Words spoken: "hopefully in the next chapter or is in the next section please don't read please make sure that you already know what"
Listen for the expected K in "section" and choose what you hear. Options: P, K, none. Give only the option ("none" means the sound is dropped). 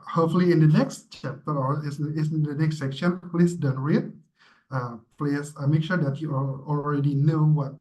K